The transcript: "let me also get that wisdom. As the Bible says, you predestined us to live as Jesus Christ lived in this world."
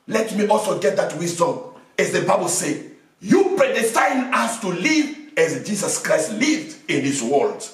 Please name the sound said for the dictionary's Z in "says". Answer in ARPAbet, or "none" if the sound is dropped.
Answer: none